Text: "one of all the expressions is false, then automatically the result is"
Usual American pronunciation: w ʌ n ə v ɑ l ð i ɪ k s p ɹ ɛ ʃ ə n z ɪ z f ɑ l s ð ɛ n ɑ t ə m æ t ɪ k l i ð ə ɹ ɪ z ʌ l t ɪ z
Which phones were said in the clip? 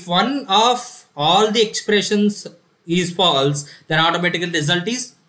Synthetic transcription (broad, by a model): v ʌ n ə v ɑ l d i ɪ k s p ɹ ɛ ʃ ə n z ɪ z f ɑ l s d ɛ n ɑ t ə m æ t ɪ k i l ɹ ɪ z ʌ l t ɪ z